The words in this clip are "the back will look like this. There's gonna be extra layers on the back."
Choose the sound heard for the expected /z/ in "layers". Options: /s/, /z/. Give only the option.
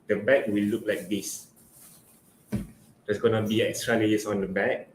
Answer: /s/